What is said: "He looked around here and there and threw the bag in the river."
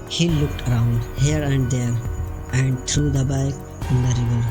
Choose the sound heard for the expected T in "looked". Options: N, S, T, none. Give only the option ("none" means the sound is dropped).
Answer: T